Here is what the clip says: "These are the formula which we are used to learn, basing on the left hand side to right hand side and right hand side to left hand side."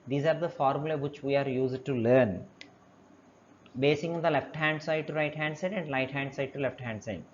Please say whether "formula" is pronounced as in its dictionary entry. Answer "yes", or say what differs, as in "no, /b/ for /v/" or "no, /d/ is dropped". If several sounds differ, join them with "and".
yes